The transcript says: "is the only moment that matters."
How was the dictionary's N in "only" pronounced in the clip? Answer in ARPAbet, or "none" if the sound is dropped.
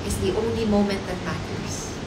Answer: N